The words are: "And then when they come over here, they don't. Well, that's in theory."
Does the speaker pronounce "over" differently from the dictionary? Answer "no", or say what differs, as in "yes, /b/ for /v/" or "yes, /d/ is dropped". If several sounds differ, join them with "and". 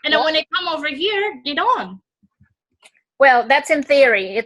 no